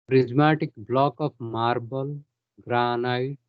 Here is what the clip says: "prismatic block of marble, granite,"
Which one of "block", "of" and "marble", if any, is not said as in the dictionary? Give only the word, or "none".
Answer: of